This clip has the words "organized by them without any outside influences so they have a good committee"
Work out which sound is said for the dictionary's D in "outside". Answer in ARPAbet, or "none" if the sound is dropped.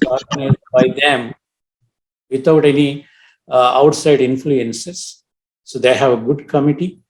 D